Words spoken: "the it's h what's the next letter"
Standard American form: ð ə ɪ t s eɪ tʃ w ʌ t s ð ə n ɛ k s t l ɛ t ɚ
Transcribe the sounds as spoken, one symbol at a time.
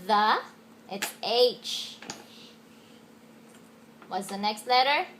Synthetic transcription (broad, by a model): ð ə ɪ t s eɪ tʃ w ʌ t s ð ə n ɛ k s t l ɛ t ɚ